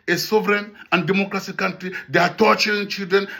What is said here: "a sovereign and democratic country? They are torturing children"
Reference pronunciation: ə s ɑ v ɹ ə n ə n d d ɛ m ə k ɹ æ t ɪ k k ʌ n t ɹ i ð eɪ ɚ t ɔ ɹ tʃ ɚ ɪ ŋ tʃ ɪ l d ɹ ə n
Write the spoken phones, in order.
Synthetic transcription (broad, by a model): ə s ɑ v ɹ ə n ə n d d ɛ m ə k ɹ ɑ s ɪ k k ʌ n t ɹ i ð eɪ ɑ t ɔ tʃ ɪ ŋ tʃ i l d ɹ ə n